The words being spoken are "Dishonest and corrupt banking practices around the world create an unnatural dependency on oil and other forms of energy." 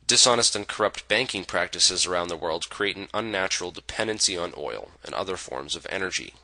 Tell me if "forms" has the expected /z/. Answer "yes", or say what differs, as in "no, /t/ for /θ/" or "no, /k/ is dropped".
yes